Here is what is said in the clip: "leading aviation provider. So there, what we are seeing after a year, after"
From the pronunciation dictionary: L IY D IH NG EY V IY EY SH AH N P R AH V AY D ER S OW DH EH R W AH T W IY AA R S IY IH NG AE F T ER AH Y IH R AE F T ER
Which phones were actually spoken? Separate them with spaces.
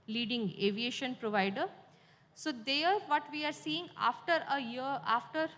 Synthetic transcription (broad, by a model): L IY D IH NG EY V IY EY SH AH N P R AH V AY D ER S OW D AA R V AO T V IY AA R S IY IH NG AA F T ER AH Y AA F T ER